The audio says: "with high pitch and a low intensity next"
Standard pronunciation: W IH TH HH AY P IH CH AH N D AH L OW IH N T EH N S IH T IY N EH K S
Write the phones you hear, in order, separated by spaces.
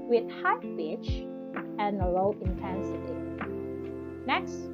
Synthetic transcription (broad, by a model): W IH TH HH AY B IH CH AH N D AH L OW IH N T EH N S IH T IY N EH K S